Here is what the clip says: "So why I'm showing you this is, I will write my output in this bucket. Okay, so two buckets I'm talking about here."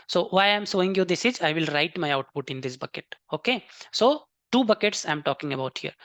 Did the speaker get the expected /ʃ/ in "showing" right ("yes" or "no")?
no